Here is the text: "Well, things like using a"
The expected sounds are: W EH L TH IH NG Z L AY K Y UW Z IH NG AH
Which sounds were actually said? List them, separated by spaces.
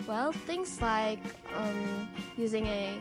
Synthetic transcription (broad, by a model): W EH L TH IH NG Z L AY K Y UW Z IH NG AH